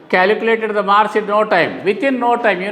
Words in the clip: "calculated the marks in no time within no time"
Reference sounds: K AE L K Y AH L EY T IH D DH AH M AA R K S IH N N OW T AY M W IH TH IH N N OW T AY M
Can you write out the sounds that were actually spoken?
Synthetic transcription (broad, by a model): K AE L K Y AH L EY T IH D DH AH M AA R S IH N N OW T AY M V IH T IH N N OW T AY M